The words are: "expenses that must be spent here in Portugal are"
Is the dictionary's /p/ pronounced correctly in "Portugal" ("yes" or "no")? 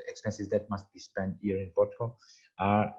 no